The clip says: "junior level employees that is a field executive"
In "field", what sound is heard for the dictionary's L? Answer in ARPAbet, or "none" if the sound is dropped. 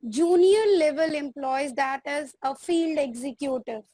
L